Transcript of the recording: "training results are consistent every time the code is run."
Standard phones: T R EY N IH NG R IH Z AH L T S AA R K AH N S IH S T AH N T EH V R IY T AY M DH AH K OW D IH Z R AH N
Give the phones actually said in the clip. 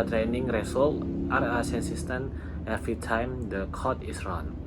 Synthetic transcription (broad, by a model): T R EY N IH NG R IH S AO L T AA R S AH N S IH S T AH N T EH F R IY T AY M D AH K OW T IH S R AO N